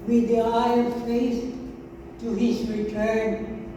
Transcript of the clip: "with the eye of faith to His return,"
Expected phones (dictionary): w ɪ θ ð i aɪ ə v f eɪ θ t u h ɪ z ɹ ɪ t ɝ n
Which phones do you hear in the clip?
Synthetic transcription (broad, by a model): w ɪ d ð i aɪ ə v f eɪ s t u h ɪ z ɹ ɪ t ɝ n